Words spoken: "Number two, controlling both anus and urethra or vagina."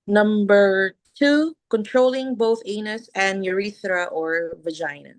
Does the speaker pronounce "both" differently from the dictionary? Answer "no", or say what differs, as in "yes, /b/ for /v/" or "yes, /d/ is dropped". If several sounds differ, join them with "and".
no